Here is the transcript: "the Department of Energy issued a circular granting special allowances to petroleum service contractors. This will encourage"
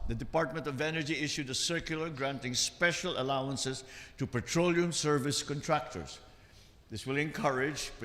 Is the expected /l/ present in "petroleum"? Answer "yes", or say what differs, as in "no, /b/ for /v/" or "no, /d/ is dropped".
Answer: yes